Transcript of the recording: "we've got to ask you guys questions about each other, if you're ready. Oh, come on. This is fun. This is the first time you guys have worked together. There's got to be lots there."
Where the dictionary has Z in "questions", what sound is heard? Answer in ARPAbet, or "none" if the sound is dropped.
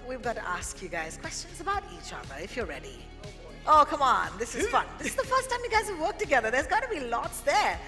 Z